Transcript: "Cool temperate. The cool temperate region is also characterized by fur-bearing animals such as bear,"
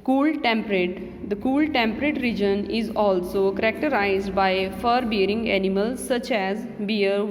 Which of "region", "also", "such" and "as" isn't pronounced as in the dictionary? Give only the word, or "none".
none